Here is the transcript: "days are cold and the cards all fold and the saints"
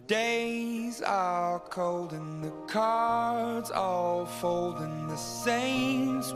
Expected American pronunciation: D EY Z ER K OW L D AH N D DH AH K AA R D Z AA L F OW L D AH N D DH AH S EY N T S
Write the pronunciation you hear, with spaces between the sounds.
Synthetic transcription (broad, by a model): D EY Z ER K OW L D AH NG DH AH K AA R D Z AA L F OW L D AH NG DH AH S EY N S